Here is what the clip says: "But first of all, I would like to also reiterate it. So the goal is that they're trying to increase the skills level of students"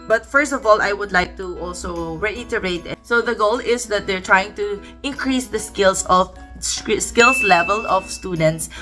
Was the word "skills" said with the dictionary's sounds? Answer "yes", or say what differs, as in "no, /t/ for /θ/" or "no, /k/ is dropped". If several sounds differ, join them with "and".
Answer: no, /s/ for /z/